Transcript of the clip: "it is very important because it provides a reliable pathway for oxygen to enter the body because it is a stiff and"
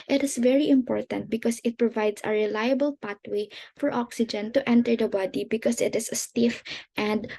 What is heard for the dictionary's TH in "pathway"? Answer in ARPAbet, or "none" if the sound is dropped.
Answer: T